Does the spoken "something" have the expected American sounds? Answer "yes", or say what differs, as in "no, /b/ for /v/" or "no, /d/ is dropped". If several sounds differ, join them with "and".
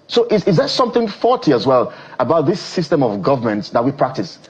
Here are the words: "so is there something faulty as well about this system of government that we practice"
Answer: yes